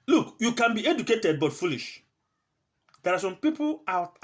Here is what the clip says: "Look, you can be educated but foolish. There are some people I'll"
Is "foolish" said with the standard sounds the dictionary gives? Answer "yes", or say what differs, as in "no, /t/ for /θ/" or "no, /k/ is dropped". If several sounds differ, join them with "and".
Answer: yes